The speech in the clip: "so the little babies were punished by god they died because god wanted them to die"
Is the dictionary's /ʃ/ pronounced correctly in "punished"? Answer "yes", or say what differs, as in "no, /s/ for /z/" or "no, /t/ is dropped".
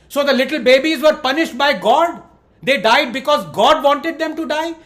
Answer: yes